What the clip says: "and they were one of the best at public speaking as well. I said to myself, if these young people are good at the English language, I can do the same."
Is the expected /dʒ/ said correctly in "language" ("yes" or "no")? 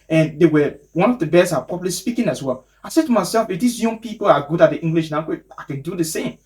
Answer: no